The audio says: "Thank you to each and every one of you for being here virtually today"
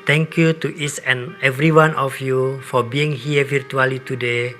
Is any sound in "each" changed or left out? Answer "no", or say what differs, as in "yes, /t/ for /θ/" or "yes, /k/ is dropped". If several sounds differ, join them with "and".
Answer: yes, /s/ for /tʃ/